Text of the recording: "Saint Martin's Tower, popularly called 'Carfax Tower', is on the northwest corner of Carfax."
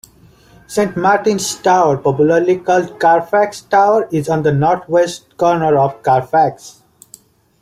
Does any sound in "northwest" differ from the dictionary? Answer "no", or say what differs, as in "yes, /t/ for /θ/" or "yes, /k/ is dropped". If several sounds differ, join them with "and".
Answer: yes, /t/ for /θ/